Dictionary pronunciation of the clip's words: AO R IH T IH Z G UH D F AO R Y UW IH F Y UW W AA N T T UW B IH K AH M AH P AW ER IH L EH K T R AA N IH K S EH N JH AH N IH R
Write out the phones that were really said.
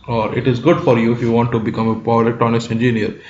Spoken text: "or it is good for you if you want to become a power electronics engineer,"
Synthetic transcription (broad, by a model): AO R IH T IH Z G UH D F AO R Y UW IH F Y UW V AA N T T UW B IH K AH M AH P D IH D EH K T AA N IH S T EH N JH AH N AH R